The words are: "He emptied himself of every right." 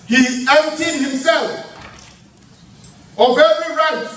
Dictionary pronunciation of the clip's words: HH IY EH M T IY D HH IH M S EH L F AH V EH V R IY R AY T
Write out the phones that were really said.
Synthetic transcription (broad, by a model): HH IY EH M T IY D HH IH M S EH L F AH V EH R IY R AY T